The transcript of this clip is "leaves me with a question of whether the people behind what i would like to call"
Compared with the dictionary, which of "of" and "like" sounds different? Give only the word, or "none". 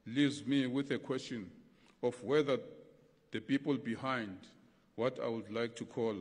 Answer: of